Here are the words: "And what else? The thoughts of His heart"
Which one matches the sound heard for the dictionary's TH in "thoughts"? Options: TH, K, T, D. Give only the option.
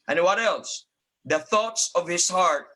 TH